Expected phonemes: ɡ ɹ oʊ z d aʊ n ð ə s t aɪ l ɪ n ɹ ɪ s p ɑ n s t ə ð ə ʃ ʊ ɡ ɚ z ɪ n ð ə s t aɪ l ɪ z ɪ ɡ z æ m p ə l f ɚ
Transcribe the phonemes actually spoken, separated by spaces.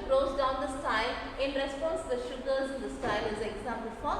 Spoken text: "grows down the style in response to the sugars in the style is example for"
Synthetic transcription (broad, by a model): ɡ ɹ oʊ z d aʊ n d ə s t aɪ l ɪ n ɹ ɪ s p ɑ n s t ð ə ʃ ʊ ɡ ɚ z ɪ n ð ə s aɪ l ɪ z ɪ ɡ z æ m p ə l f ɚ